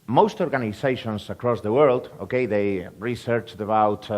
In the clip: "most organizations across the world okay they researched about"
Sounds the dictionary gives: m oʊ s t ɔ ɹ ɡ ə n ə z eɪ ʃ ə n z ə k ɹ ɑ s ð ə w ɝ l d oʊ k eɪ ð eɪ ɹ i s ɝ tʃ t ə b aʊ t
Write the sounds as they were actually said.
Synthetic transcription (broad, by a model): m oʊ s t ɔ ɹ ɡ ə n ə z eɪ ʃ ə n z ə k ɹ ɑ s ð ə w ɝ l d oʊ k eɪ ð eɪ ɹ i s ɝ tʃ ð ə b aʊ t